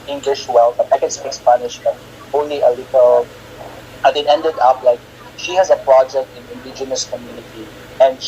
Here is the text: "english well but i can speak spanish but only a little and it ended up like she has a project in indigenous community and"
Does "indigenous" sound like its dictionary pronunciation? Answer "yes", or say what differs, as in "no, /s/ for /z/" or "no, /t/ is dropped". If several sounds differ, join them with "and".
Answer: yes